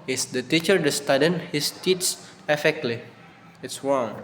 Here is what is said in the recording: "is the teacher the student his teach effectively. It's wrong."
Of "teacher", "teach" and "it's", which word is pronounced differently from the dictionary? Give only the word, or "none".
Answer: teach